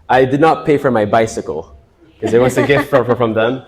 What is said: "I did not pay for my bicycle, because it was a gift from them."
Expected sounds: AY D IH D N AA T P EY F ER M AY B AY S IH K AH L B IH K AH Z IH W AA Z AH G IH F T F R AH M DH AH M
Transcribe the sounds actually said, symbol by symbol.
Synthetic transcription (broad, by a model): AY D IH D N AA T P EY F ER M AY B AY S IH K AH L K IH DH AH IH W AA S AH G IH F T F R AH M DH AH M